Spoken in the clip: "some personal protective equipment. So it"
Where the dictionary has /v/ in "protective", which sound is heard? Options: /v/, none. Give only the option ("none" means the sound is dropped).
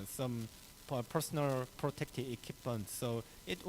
none